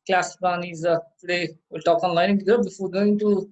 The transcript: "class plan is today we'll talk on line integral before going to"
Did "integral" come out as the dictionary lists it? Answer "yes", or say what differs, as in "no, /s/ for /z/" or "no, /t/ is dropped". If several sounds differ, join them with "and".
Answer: no, /ɹ/ is dropped